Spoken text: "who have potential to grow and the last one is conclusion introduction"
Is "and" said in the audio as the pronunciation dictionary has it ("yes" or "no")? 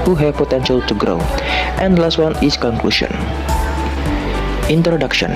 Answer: yes